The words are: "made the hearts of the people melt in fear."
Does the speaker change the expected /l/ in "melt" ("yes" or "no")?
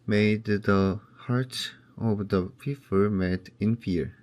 yes